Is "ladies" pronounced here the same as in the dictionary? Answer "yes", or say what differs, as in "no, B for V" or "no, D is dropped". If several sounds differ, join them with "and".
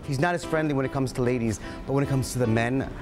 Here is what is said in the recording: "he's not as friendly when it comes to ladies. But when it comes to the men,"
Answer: yes